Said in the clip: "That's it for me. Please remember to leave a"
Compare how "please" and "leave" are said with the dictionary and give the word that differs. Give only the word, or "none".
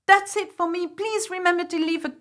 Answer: none